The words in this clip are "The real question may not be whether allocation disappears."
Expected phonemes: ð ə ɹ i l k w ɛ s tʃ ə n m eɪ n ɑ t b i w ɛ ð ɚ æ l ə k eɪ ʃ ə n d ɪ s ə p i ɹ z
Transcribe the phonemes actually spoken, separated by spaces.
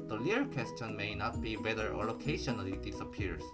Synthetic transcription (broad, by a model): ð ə l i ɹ k w ɛ s tʃ ə n m eɪ n ɑ t b i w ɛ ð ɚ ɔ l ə k eɪ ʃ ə n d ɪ s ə p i ɹ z